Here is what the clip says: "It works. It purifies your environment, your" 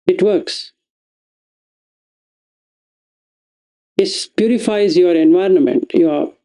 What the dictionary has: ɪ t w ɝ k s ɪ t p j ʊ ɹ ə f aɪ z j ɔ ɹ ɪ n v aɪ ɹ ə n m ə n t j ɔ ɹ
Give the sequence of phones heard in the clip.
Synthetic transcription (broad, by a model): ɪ t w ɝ k s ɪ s p j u ɹ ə f aɪ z j ɔ ɹ ɪ n v aɪ ɹ ə n m ə n t j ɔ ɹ